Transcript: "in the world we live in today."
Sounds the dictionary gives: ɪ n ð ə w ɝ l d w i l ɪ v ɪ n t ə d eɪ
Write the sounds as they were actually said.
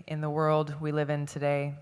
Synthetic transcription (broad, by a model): ɪ n ð ə w ɝ l d w i l ɪ v ɪ n t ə d eɪ